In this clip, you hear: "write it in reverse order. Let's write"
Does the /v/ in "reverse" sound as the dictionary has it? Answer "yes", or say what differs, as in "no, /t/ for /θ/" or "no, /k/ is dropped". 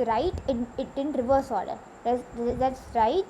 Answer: yes